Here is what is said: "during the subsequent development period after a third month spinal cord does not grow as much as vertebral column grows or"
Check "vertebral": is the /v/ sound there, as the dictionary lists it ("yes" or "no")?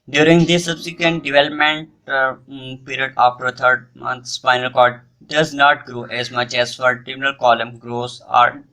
no